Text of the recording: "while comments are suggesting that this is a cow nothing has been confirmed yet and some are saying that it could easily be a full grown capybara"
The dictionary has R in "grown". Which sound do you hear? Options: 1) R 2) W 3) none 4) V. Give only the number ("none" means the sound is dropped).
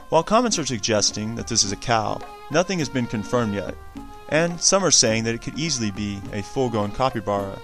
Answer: 3